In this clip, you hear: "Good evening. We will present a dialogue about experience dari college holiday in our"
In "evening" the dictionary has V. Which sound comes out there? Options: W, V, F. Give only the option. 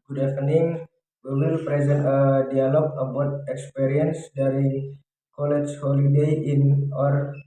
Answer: F